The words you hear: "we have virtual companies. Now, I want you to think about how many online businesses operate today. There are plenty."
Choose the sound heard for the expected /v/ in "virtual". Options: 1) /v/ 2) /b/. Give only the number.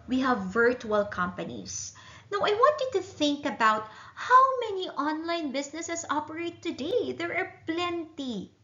1